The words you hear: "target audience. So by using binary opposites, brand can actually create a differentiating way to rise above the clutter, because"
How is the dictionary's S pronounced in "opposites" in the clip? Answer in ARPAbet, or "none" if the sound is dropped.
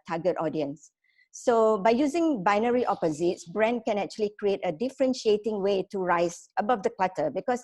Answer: S